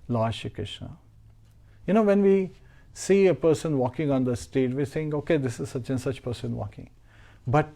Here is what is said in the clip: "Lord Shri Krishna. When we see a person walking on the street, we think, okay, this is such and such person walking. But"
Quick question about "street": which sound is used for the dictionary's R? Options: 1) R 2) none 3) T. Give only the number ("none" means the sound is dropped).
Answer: 2